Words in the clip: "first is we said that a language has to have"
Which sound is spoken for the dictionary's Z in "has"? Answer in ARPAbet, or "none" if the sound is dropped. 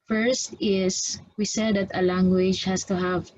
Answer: S